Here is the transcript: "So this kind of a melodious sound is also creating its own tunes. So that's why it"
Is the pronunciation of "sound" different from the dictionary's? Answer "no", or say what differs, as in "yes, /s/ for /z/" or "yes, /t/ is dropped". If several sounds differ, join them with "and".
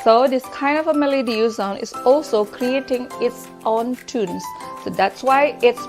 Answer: yes, /d/ is dropped